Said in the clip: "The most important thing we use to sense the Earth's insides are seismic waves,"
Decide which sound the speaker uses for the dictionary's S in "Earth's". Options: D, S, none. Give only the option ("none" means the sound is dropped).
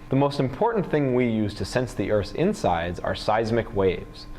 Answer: none